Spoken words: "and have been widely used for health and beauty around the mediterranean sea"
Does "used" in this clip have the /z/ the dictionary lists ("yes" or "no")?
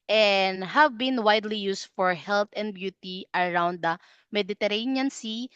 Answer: no